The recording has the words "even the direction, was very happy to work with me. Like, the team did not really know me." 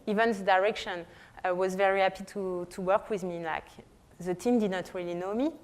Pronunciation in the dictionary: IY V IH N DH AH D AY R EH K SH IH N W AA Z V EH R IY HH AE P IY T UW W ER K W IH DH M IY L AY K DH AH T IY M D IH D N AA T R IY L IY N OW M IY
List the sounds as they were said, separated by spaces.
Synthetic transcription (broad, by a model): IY V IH N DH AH D AY R EH K SH IH N W AA Z V EH R IY HH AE P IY T UW W ER K W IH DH M IY L AY K DH AH T IY M D IH D N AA T R IY L IY N OW M IY